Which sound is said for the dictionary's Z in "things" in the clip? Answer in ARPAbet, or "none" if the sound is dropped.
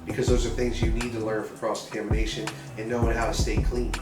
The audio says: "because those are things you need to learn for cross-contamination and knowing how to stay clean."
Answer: Z